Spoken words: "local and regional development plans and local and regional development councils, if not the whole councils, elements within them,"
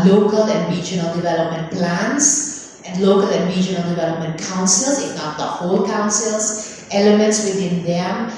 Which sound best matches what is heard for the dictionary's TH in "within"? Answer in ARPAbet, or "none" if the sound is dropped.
T